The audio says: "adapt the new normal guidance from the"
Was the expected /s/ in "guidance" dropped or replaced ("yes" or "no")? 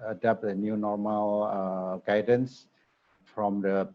no